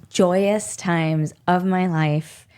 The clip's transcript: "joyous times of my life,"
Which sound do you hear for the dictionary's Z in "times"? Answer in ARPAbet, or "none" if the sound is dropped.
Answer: Z